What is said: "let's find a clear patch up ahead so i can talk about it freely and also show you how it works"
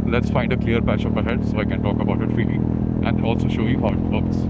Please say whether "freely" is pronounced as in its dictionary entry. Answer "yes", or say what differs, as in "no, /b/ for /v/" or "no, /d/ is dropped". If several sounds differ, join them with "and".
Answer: no, /ɹ/ is dropped